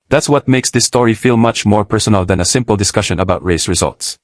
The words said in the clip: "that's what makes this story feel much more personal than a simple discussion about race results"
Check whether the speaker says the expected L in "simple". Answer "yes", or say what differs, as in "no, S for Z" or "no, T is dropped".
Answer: yes